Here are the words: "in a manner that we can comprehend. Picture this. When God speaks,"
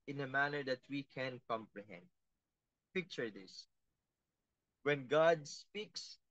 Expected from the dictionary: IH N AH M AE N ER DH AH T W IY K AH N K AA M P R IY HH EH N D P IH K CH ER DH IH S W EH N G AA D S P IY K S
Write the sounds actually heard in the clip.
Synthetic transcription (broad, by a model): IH N AH M AE N ER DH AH T W IY K AH N K AA M P R IY HH EH N D P IH K CH ER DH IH S W EH N G AA D S P IY K S